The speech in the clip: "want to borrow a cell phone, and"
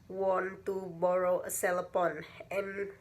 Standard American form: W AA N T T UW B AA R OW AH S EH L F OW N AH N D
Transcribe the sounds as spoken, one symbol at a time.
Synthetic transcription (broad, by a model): W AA N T T UW B AA R OW AH S EH L P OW N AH N